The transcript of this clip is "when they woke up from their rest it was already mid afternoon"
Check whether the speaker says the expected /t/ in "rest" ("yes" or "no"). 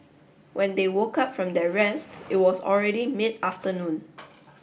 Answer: yes